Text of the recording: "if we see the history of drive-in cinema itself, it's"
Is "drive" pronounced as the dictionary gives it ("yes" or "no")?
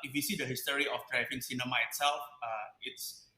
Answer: no